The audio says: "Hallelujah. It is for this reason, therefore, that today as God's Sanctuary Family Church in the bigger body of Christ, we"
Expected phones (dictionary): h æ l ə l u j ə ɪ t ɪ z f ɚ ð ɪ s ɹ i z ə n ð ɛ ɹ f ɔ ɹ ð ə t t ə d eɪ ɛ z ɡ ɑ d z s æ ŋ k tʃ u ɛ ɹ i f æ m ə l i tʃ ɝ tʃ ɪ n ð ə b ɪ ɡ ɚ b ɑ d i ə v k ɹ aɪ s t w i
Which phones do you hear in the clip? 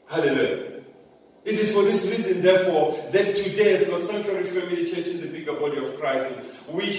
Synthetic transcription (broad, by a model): h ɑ l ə l u j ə ɪ t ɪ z f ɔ ð ɪ s ɹ i z ə n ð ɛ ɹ f ɔ ð ə t t ə d eɪ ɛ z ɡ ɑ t s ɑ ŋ tʃ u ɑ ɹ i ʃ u ə w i tʃ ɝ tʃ ɪ n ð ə b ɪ ɡ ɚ b ɑ d i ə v k ɹ aɪ s t w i